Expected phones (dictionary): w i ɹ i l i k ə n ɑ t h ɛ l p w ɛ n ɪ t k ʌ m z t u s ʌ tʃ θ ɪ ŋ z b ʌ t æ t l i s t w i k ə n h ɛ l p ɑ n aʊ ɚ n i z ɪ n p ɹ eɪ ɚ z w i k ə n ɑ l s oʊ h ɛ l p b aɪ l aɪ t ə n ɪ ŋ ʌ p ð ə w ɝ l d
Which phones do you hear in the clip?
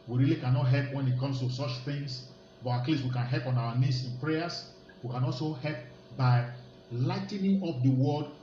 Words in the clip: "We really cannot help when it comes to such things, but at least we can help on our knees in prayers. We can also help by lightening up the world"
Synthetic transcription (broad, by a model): w i ɹ i l i k ə n ɑ t h ɛ l p w ɛ n ɪ t k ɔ m s t u s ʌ tʃ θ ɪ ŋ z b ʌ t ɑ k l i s w i k ə n h ɛ l p ɑ n aʊ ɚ n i s ɪ n p ɹ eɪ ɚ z w i k ə n ɑ l s oʊ h ɛ l p b aɪ l aɪ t n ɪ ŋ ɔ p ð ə w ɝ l d